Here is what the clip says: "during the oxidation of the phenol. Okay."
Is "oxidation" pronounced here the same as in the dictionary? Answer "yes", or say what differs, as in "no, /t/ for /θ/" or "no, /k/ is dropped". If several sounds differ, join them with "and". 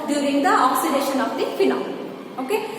yes